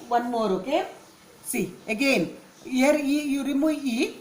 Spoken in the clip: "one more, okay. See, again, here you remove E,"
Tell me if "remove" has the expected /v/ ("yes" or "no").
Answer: no